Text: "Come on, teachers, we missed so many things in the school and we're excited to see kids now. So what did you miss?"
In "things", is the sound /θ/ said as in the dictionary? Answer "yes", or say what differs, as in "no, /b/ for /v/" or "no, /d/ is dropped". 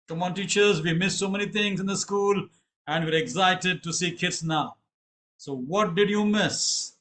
no, /t/ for /θ/